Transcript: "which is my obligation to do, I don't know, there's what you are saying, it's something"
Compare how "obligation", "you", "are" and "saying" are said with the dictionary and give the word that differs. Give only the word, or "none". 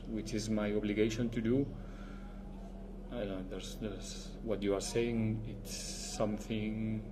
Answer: none